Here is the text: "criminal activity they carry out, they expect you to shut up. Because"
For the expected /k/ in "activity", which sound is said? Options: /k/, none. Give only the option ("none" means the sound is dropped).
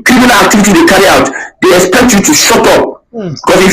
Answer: /k/